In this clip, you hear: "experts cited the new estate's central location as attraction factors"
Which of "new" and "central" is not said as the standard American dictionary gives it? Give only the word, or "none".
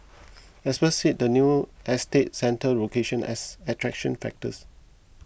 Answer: central